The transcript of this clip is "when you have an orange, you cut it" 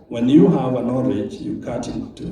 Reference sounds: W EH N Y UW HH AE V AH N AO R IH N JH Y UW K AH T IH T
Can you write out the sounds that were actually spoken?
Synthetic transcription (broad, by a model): W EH N Y UW HH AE V AH N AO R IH JH Y UW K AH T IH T